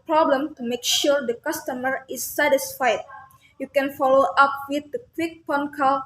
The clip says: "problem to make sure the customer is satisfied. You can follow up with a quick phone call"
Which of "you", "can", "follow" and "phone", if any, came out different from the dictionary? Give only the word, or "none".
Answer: phone